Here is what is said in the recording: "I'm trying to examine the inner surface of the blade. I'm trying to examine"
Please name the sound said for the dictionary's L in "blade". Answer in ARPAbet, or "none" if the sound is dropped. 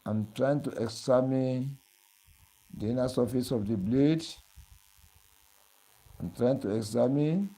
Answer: L